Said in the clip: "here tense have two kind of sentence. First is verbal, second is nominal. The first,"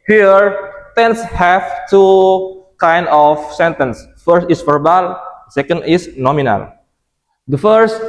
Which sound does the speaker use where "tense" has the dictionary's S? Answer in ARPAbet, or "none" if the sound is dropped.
S